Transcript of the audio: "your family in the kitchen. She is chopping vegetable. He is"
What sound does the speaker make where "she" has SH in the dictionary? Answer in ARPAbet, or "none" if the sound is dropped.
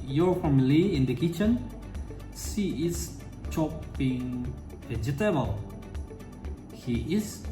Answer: S